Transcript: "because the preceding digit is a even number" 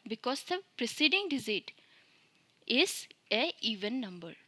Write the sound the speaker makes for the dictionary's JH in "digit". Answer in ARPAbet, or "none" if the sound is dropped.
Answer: Z